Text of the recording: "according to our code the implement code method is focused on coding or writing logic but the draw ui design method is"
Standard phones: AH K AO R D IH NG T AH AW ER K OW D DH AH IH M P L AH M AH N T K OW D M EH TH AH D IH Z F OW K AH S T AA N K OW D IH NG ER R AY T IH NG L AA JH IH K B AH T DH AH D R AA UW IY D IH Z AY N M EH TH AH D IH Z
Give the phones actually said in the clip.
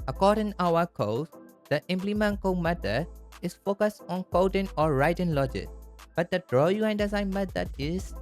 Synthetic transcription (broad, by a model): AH K AO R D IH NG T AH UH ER K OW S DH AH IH M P L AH M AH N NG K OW M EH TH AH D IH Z F OW K AH S T AA N K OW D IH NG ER R AY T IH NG L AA JH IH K B AH T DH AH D R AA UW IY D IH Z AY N M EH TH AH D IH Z